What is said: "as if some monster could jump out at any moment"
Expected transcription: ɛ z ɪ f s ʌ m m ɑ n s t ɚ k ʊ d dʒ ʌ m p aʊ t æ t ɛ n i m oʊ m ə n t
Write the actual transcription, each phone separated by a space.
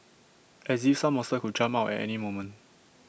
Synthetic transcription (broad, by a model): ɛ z ɪ f s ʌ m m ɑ s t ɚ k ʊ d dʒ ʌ m aʊ t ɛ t ɛ n i m oʊ m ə n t